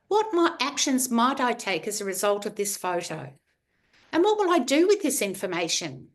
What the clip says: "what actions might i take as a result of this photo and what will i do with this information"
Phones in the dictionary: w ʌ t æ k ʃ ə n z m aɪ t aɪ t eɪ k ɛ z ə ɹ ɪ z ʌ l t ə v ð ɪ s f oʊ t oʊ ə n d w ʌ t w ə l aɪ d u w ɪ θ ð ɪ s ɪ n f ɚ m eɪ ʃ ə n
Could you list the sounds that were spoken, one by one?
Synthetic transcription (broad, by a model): w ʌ t æ k ʃ ə n z m aɪ t aɪ t eɪ k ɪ z ə ɹ ɪ z ʌ l t ə v ð ɪ s f oʊ t oʊ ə n w ʌ t w ə l aɪ d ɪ w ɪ ð ɪ s ɪ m f ɚ m eɪ ʃ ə n